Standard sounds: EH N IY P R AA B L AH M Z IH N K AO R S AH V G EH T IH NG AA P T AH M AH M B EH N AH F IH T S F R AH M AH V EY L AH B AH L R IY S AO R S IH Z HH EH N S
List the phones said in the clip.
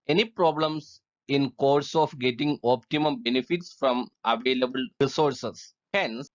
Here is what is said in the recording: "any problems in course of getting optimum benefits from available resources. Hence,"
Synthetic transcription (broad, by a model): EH N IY P R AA B L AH M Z IH N K AO R S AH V G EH T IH NG AA P T AH M AH M B EH N AH F IH T S F R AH M AH V EY L AH B AH L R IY S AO R S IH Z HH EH N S